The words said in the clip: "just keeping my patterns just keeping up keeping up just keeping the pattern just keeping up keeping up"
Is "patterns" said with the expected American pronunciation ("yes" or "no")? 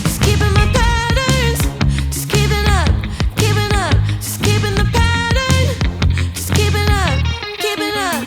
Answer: no